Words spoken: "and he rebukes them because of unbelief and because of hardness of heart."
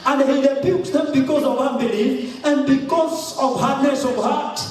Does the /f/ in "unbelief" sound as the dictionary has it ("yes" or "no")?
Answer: no